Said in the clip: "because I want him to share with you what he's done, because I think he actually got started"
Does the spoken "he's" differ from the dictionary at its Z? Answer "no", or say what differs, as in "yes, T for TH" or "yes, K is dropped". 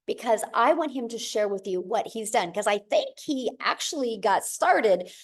no